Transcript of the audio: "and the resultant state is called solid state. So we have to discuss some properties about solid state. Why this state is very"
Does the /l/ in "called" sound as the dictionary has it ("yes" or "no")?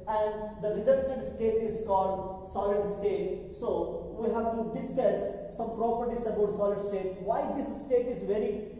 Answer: yes